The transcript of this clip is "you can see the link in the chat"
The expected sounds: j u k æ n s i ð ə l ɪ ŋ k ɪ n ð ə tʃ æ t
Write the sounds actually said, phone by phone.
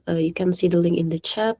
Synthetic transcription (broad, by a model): j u k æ n s i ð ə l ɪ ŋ ɪ n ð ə tʃ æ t